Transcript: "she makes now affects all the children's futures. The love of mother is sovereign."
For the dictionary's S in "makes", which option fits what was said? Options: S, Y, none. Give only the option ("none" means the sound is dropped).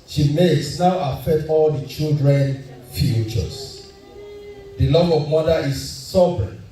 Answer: S